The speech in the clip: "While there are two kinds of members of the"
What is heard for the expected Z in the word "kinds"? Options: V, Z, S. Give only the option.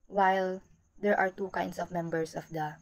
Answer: S